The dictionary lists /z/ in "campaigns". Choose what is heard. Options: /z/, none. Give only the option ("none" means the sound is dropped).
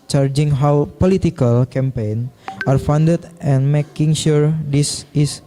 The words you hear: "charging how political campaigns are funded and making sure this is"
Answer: none